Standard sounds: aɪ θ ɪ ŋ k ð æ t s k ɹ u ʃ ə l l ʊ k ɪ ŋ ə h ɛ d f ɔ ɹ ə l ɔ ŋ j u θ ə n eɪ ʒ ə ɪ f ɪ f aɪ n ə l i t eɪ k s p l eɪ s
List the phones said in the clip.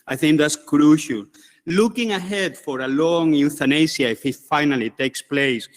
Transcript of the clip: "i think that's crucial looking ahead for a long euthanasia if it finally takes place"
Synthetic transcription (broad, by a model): aɪ θ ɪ ŋ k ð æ t s k ɹ u ʃ ə l l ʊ k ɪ ŋ ə h ɛ d f ɔ ɹ ə l ɔ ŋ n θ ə n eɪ s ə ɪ f ɪ f aɪ n ə l i t eɪ k s p l eɪ s